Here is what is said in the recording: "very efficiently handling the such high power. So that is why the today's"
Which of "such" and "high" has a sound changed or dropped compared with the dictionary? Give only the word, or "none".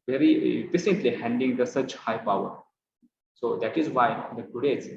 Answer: none